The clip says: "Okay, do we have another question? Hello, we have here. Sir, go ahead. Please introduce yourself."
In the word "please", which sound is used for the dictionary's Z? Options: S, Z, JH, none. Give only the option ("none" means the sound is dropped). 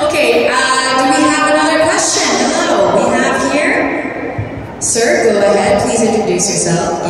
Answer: Z